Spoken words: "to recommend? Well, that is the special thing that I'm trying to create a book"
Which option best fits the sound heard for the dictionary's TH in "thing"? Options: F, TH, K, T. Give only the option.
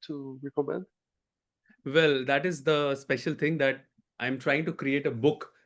T